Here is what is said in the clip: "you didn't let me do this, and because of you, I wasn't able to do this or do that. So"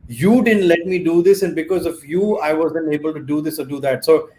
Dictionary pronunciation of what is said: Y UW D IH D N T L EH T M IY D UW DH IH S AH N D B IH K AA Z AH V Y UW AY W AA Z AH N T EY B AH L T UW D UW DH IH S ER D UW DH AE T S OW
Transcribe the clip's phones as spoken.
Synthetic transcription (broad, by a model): Y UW D IH D N T L EH T M IY D UW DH IH S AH N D B IH K AA Z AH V Y UW AY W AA Z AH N EY B AH L T UW D UW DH IH S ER D UW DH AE T S OW